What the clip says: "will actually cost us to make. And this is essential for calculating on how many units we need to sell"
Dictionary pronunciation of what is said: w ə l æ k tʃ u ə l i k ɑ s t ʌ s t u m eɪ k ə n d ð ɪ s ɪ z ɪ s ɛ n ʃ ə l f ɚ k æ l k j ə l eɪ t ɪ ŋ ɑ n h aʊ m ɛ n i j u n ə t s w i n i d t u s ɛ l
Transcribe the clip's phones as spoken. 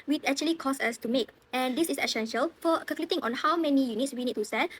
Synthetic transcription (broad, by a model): w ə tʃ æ k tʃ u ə l i k ɑ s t ʌ s t u m eɪ k ə n d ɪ s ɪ s ɪ s ɛ n ʃ ə l f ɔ k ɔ k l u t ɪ ŋ ɑ n h aʊ m ɛ n i j u n ə t s w i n i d t u s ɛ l